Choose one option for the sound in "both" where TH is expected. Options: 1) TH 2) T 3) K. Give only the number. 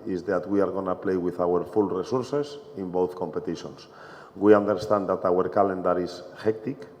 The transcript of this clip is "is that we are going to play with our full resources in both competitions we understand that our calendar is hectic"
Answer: 1